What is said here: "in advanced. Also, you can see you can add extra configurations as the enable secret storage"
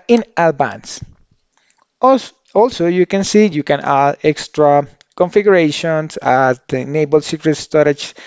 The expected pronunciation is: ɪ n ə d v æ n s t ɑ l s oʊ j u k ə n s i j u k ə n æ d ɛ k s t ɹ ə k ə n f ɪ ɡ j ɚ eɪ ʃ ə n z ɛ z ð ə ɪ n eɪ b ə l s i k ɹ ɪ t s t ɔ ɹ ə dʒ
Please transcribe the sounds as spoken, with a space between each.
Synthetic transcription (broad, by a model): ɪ n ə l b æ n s ɑ l s oʊ j u k ə n s i j u k ə n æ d ɛ k s t ɹ ə k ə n f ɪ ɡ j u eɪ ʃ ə n s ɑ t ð n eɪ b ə l s i k ɹ ɪ t s t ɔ ɹ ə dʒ